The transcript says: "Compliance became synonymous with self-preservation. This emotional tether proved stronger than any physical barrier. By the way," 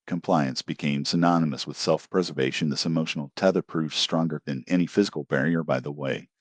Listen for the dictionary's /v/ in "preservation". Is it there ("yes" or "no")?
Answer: yes